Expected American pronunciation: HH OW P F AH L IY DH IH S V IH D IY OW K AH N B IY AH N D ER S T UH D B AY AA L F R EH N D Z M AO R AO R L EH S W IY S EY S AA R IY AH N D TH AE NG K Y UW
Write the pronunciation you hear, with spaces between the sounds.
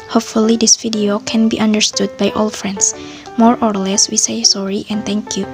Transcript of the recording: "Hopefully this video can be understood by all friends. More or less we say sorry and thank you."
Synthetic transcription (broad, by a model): HH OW P F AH L IY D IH S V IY D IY OW K AH N B IY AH N D ER S T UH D B AY AA L F R EH N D S M AO R AO R L EH S W IY S EY S AA R IY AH N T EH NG K Y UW